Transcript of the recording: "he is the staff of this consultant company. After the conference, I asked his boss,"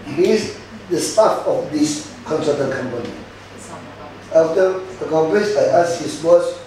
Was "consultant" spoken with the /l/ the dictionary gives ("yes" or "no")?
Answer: no